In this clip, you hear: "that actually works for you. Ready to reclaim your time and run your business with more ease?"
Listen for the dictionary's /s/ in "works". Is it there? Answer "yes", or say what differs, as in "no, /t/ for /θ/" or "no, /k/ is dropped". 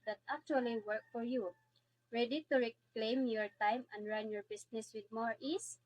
no, /s/ is dropped